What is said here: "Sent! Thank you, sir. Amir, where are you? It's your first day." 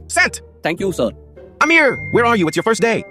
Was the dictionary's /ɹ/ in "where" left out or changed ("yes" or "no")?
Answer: no